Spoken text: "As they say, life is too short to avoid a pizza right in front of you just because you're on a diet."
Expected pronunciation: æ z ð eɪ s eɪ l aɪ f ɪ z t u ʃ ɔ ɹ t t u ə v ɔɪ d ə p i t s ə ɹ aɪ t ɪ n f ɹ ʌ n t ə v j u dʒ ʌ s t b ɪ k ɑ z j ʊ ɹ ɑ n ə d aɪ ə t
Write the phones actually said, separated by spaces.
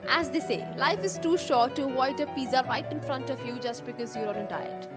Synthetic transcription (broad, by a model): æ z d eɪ s eɪ l aɪ f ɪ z t u ʃ ɔ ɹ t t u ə ɪ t ə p i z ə ɹ aɪ t ɪ n f ɹ ʌ n t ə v j u dʒ ʌ s t b ɪ k ɑ z j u ɹ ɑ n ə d aɪ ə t